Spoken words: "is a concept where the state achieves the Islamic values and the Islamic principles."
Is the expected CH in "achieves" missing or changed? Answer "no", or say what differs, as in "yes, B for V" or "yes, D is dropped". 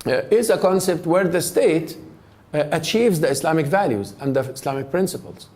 no